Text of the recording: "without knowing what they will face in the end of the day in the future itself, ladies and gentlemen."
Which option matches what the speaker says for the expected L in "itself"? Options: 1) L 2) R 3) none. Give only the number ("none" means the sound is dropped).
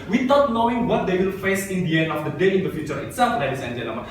1